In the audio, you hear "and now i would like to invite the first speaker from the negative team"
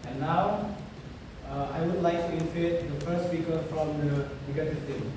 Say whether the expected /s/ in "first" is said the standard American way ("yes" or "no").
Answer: no